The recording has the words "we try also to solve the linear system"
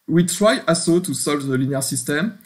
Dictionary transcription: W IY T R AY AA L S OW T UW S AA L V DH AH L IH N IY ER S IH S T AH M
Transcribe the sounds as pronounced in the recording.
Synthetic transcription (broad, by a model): W IY T R AY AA S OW T UW S AA L V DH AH L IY N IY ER S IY S T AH M